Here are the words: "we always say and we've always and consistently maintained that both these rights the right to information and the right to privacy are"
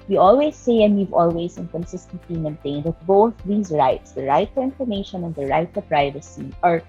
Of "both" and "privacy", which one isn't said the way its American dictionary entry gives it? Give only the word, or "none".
none